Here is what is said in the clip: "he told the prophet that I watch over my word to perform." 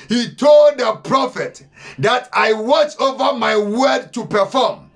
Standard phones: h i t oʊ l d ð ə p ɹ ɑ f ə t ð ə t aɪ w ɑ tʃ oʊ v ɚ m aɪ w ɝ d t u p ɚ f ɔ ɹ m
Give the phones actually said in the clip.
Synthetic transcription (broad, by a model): h i t oʊ l d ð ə p ɹ ɑ f ə t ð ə t aɪ w ɑ tʃ oʊ v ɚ m aɪ w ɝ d t u p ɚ f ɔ m